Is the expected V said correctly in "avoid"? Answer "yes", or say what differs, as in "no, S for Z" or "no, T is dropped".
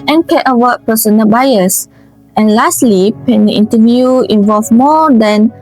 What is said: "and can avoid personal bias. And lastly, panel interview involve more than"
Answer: no, W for V